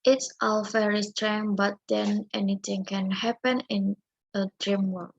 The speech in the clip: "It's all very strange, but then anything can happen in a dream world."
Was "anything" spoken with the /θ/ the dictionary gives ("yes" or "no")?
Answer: no